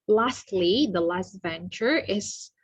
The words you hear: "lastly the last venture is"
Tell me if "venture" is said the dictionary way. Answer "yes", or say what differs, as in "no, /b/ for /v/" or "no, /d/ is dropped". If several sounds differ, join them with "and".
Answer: yes